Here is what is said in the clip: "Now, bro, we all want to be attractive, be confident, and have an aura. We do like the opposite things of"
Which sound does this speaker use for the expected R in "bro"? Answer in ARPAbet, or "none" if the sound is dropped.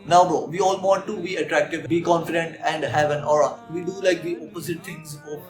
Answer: none